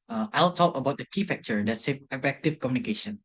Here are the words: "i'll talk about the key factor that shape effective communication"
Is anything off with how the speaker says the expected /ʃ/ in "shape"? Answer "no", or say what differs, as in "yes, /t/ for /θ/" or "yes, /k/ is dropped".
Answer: yes, /s/ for /ʃ/